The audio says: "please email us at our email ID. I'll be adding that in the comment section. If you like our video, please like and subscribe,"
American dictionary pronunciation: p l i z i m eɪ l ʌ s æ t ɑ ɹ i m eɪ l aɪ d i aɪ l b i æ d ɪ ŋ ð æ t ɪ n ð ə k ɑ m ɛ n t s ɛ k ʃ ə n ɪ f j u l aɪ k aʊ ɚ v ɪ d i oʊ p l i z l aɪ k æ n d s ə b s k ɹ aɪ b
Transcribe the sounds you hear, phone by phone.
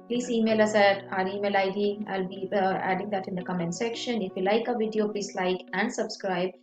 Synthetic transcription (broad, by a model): p l i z i m eɪ l ʌ s æ t ɑ ɹ i m eɪ l aɪ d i aɪ l b i æ d ɪ ŋ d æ t ɪ n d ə k ɑ m ɛ n t s ɛ k ʃ ə n ɪ f j u l aɪ k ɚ v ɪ d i oʊ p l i s l aɪ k æ n d s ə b s k ɹ aɪ b